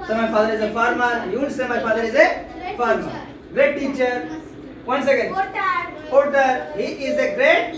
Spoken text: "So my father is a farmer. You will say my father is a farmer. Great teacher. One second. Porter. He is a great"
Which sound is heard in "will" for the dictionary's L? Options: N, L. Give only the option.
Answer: N